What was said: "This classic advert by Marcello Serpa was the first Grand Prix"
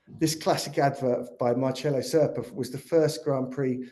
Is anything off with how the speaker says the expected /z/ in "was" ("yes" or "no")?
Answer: no